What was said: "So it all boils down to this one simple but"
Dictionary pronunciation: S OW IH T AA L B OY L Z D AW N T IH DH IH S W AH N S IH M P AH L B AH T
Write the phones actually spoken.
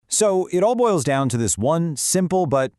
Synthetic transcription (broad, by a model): S OW IH T AA L B OY L Z D AW N T IH DH IH S W AH N S IH M P L B AH T